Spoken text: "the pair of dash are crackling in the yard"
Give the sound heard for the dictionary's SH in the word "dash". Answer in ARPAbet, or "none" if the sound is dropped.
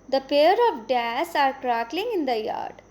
S